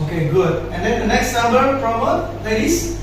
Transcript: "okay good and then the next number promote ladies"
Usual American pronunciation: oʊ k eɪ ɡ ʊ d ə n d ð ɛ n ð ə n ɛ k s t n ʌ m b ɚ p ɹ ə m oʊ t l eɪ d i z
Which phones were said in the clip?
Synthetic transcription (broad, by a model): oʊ k eɪ ɡ ʊ d ə n d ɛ n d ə n ɛ k s t n ʌ m b ɚ f ɹ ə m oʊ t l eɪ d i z